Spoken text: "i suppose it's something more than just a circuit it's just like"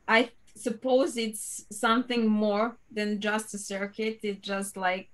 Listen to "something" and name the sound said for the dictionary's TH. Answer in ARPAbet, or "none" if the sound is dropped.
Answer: TH